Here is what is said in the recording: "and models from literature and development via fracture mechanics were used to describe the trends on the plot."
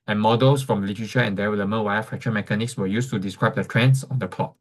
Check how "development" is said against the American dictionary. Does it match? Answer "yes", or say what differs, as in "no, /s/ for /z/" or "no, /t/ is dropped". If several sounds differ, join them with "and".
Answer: no, /p/ is dropped